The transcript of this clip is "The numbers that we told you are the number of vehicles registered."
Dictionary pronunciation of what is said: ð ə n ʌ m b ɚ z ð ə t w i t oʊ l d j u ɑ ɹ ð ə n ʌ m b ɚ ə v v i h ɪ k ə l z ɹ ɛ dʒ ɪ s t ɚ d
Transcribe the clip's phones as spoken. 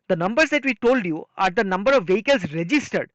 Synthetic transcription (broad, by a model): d ə n ʌ m b ɚ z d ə t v i t oʊ l d j u ɑ ɹ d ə n ʌ m b ɚ ə v v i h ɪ k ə l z ɹ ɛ dʒ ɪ s t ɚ d